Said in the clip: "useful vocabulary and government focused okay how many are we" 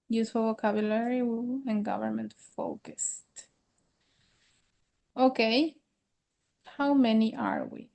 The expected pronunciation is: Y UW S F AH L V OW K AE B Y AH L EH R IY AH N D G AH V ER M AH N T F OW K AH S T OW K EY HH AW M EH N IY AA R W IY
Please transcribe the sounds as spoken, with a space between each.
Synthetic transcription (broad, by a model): Y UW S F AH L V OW K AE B Y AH L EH R IY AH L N G AH V ER M AH N T F OW K AH S T OW K EY HH AW M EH N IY AA R W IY